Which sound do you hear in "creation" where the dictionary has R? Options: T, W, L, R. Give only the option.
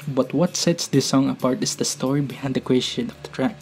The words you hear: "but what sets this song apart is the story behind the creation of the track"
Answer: W